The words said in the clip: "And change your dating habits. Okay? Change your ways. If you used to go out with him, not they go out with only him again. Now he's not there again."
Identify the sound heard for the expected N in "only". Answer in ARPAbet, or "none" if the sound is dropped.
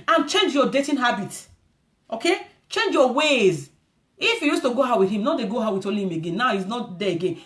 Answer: none